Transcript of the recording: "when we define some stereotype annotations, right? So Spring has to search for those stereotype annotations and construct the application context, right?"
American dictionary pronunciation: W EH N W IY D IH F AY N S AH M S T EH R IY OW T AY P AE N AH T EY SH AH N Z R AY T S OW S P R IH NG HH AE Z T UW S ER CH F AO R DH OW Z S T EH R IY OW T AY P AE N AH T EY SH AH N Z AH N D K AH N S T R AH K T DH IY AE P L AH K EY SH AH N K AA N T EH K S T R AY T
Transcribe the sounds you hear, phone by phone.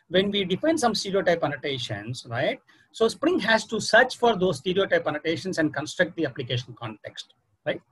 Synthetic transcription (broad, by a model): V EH N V IY D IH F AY N S AH M S T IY R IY OW T AY P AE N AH T EY SH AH N S R AY T S OW S P R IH NG HH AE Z T UW S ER CH F AO R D OW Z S T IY R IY OW T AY P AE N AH T EY SH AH N S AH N D K AH N S T R AH K T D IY AE P L AH K EY SH AH N K AA N T EH K S T R AY T